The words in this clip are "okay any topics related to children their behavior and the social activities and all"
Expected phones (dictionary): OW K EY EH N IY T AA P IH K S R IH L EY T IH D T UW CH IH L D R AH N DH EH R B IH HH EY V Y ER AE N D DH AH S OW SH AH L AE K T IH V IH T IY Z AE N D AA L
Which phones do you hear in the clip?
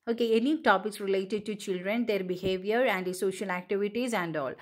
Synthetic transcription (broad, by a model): OW K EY EH N IY T AA P IH K S R IH L EY T IH D T UW CH IH L D R AH N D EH R B IH HH EY V Y ER AE N D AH S OW SH AH L AE K T IH V IH T IY Z AE N D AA L